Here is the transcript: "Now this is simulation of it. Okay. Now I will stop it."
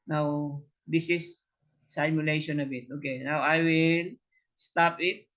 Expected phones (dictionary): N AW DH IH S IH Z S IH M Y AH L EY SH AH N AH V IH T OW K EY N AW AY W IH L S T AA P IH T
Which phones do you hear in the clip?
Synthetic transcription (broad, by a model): N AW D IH S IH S S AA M Y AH L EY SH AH N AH B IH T OW K EY N AW AY W IH L S T AA P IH T